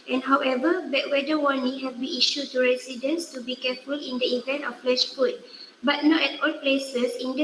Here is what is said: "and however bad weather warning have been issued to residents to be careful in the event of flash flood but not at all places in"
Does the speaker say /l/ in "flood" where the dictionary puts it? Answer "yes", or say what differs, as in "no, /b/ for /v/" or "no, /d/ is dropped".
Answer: no, /l/ is dropped